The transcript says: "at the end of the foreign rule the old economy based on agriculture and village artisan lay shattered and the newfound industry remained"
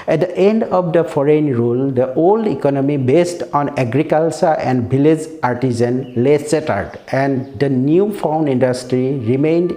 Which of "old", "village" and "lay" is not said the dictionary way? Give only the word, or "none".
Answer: village